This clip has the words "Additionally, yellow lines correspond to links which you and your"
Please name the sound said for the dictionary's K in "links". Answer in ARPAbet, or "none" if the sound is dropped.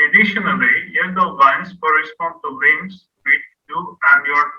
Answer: none